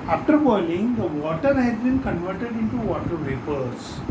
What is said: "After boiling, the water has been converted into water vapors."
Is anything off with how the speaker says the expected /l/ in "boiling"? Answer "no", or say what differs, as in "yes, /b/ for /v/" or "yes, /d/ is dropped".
yes, /n/ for /l/